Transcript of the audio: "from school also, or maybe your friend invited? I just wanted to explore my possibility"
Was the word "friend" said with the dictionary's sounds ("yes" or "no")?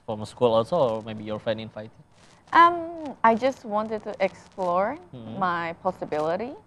no